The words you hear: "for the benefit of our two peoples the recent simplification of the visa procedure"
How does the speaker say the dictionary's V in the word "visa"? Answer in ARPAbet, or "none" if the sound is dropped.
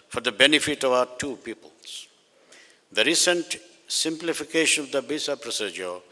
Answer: B